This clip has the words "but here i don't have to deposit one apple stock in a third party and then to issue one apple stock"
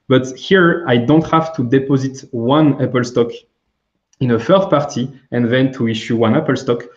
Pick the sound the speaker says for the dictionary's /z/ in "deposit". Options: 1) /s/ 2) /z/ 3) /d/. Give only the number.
2